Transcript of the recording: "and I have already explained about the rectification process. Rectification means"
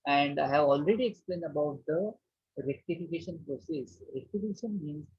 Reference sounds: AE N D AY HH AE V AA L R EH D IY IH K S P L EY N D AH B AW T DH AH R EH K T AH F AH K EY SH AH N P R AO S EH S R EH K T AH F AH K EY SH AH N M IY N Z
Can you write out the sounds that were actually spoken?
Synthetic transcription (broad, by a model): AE N D AY HH AE V AA L R EH D IY IH K S P L EY N D AH B AW T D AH R EH K T AH F AH K EY SH AH N P R AO S EH S R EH K T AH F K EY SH AH N M IY N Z